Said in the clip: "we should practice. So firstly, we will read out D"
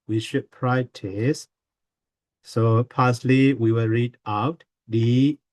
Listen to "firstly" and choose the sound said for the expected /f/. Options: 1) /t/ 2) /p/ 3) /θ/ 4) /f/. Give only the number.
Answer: 2